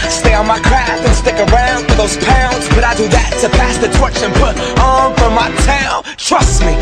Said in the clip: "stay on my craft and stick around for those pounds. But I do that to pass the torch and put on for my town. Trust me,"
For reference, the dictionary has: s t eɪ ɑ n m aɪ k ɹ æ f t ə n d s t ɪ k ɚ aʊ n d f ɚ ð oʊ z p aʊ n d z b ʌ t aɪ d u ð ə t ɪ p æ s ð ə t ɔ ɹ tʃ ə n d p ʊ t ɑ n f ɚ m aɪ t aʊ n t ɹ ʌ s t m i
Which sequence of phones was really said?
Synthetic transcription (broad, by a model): s t eɪ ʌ n m aɪ k ɹ æ f t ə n s t ɪ k ɚ aʊ n d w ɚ ð oʊ z p aʊ n d z b ʌ t aɪ d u ð ə t ɪ p æ s ð ə t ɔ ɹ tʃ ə n p ʊ t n f ɚ m aɪ t aʊ n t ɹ ʌ s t m i